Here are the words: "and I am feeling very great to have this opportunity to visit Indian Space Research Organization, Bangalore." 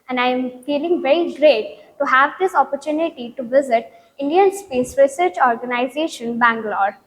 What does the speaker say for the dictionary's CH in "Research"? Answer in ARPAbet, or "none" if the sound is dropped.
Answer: CH